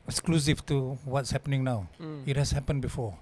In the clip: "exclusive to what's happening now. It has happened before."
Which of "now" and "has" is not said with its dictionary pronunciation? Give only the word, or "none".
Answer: has